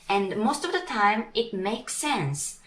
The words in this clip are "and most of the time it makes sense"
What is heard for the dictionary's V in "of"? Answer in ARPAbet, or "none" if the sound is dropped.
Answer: V